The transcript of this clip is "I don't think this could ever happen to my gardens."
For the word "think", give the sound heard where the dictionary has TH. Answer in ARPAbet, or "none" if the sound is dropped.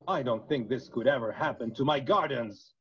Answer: TH